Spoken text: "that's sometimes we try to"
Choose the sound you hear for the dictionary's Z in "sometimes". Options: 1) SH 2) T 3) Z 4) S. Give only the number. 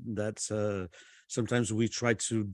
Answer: 3